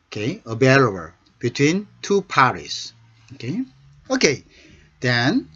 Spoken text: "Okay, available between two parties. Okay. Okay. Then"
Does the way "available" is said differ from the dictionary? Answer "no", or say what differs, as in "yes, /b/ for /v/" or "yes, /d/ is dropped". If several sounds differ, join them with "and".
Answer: yes, /b/ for /v/ and /b/ is dropped